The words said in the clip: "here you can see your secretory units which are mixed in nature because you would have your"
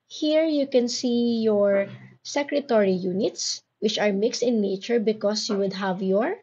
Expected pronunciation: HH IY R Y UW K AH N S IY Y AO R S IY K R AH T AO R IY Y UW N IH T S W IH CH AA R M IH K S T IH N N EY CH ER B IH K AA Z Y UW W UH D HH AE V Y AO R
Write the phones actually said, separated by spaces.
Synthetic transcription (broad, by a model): HH IY R Y UW K AH N S IY Y AO R S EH K R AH T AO R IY Y UW N IH T S W IH CH AA R M IH K S T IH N N EY CH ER B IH K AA S Y UW W UH D HH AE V Y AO R